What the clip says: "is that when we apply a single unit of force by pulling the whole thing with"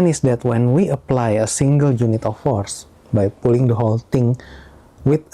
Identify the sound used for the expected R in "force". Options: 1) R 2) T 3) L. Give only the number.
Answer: 1